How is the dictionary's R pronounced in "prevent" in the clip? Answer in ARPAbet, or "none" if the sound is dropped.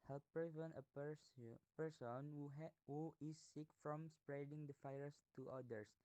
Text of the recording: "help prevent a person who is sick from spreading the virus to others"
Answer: none